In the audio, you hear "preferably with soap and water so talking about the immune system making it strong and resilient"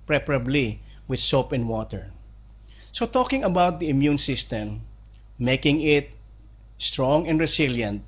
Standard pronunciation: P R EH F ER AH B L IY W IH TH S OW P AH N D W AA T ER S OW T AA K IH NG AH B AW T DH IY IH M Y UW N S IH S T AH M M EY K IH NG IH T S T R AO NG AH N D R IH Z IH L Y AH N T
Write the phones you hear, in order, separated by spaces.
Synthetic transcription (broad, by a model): P R EH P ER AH B L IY W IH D S OW P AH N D W AA T ER S OW T AA K IH NG AH B AW T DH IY IH M Y UW N S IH S T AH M M EY K IH NG IH T S T R AO NG AH N D R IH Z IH L Y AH N T